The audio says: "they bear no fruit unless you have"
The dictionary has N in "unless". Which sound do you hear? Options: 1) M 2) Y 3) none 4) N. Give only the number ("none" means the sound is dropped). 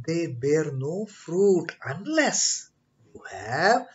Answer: 4